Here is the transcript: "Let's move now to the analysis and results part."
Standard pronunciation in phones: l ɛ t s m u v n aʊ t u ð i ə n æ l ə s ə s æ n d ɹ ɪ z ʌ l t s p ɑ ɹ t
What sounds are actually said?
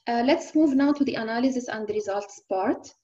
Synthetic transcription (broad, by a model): l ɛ t s m u v n aʊ t u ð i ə n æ l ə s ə s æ n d ɹ ɪ z ʌ l t s p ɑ ɹ t